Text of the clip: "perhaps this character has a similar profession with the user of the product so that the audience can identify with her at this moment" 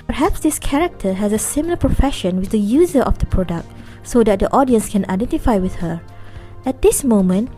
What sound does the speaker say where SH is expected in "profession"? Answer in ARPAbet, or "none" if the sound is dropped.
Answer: SH